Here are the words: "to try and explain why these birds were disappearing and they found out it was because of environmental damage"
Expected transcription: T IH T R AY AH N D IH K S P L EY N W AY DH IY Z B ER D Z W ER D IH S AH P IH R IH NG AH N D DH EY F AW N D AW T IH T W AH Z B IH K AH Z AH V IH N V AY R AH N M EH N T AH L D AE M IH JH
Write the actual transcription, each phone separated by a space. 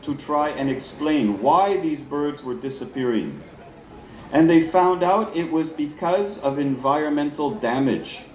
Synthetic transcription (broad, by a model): T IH T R AY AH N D IH K S P L EY N W AY DH IY Z B ER D Z W ER D IH S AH P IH R IH NG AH N DH EY F AW N D AW T IH T W AH Z B IH K AH Z AH V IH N V AY R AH N M EH N T L D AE M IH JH